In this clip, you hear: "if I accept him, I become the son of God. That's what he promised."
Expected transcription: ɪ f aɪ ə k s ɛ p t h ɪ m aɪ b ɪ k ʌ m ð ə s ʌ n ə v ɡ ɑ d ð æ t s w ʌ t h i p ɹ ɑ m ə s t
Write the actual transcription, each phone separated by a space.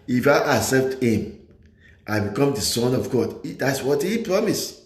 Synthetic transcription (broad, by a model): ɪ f aɪ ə s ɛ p t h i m aɪ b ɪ k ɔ m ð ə s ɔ n ə v ɡ ɑ d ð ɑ t s w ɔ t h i p ɹ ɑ m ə s